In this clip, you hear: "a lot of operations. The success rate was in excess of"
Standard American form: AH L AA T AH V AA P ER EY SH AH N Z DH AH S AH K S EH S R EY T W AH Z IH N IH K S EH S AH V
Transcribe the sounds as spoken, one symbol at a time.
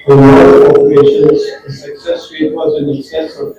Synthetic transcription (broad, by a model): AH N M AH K AA P ER EY SH AH N Z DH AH S AH K S EH S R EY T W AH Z IH N IH K S EH S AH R